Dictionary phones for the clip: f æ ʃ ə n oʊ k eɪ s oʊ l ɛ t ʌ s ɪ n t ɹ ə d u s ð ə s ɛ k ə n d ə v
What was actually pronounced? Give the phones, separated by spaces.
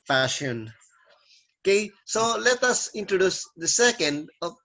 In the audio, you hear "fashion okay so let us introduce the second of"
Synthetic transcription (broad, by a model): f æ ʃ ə n oʊ k eɪ s oʊ l ɛ t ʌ s ɪ n t ɹ ə d u s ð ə s ɛ k ə n d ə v